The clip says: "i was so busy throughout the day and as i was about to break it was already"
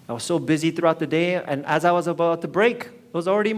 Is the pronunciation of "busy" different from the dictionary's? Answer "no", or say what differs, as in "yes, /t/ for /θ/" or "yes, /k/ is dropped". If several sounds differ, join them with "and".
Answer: no